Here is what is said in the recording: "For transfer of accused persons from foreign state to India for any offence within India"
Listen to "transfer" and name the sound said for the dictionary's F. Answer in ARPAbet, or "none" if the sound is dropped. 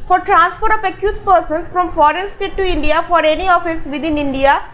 P